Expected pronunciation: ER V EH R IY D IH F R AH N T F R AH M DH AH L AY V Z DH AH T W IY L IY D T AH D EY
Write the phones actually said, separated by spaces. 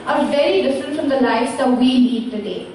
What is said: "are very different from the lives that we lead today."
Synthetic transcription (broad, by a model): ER V EH R IY D IH F R AH N T F R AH M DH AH L AY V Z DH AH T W IY N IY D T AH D EY